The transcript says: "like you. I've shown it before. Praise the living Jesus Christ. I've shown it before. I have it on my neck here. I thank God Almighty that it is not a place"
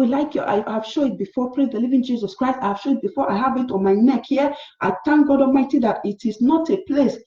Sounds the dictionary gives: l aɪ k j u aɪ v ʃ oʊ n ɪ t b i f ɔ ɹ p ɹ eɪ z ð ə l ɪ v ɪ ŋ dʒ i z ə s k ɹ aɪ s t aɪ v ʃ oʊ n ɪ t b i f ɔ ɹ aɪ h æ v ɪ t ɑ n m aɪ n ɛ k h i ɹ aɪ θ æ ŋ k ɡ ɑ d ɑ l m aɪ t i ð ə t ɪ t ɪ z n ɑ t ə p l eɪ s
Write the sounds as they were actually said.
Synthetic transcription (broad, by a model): l aɪ k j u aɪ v ʃ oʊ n ɪ t b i f ɔ p ɹ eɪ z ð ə l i v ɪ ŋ dʒ i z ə s k ɹ aɪ s t aɪ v ʃ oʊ ɪ t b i f ɔ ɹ aɪ h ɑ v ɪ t ɑ n m aɪ n ɛ k h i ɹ aɪ t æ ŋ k ɡ ɑ d ɑ l m aɪ t i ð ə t ɪ t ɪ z n ɑ t ə p l eɪ s